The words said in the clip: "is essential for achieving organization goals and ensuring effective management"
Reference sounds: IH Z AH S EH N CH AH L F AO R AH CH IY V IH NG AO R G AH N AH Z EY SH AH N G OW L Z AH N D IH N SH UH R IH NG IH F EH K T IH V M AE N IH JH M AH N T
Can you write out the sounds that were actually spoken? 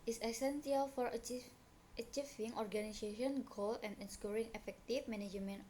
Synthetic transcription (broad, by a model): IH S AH S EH N S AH L F AO R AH CH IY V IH NG AO R G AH N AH S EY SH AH N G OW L AH N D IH N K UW R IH NG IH F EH K T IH F M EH N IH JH M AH N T